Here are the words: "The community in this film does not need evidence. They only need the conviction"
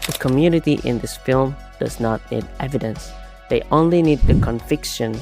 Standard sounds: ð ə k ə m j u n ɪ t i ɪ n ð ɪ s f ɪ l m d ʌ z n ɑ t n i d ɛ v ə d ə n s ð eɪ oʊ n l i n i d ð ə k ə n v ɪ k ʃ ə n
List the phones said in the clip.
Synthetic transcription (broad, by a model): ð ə k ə m j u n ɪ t i ɪ n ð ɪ s f ɪ l m d ʌ z n ɑ t n i d ɛ v ə d ə n s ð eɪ oʊ n l i n i d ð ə k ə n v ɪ k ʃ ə n